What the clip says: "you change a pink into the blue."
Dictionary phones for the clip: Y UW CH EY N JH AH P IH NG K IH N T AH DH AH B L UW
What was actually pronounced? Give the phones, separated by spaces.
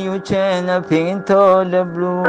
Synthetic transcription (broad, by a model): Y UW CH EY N AH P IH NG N T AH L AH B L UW